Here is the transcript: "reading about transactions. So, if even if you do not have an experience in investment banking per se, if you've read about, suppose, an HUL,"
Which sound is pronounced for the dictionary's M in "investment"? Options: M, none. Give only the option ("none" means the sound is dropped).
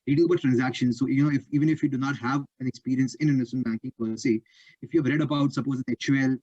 none